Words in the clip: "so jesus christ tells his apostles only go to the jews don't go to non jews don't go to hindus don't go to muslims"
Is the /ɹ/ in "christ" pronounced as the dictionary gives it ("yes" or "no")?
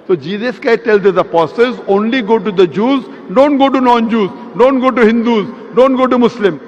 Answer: no